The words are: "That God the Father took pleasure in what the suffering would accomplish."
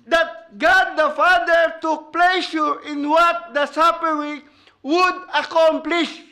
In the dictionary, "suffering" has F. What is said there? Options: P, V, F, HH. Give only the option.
P